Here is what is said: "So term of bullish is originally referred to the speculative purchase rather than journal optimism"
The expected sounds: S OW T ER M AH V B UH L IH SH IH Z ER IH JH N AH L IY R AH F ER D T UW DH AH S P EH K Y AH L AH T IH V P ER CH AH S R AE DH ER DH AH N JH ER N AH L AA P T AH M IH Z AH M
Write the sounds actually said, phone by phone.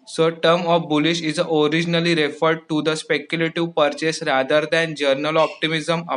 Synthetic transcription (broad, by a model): S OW T ER M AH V B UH L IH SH IH Z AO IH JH N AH L IY R AH F ER D T UW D AH S P EH K Y AH L AH T IH V P ER CH AH S R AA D ER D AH N JH ER N AH L AA P T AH M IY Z AH M